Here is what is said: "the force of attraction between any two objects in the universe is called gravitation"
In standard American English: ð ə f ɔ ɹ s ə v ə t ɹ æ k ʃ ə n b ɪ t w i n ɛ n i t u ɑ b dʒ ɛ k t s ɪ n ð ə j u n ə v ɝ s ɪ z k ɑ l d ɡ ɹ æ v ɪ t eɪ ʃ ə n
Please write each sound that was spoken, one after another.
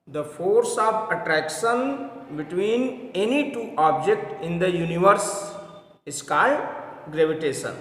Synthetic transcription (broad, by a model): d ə f ɔ ɹ s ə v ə t ɹ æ k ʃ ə n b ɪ t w i n ɛ n i t u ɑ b dʒ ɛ k t ɪ n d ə j u n ə v ɝ s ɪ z k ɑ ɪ ɡ ɹ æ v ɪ t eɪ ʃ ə n